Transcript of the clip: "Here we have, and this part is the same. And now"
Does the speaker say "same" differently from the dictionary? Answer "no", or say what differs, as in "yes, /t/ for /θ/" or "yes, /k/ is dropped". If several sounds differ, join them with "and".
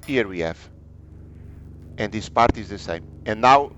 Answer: no